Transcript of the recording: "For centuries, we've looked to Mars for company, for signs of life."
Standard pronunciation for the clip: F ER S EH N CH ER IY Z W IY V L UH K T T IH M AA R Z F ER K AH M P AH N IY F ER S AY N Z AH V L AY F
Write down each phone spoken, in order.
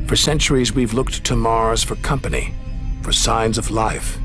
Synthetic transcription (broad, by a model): F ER S EH N CH ER IY Z W IY V L UH K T T IH M AA R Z F ER K AH M P AH N IY F ER S AY N Z AH V L AY F